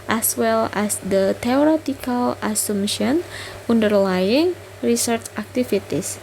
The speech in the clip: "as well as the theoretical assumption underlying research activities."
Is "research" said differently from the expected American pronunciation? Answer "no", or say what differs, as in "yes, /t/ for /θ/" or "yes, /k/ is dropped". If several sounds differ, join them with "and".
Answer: no